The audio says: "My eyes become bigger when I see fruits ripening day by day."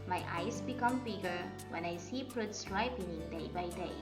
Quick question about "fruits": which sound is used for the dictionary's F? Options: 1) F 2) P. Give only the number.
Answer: 2